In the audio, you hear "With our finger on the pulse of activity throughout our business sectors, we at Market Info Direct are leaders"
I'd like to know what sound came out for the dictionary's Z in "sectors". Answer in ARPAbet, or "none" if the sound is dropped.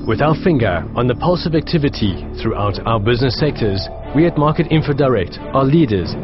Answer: Z